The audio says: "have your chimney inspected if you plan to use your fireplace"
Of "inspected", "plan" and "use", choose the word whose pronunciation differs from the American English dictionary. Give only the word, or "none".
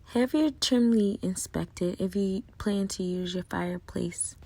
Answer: none